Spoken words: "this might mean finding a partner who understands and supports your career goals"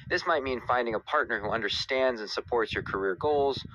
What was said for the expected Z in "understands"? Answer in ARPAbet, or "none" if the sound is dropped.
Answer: Z